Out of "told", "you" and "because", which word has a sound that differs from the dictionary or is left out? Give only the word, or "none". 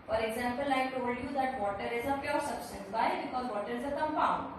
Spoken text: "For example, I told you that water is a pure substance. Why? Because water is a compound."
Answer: none